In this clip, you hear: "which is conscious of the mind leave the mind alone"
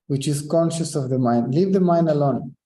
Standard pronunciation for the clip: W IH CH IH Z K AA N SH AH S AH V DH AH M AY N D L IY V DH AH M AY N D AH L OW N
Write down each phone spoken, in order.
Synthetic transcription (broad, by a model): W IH CH IH Z K AA N SH AH S AH V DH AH M AY N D L IY V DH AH M AY N D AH L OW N